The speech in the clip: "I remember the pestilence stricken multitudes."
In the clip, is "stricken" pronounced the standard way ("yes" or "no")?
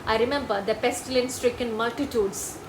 yes